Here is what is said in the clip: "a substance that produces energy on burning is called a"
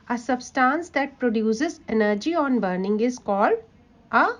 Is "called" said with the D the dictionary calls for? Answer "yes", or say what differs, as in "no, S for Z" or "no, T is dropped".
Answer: no, D is dropped